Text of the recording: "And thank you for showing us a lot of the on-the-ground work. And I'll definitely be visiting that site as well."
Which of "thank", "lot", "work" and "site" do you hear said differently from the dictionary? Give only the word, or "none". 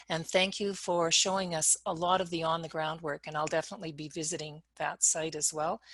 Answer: none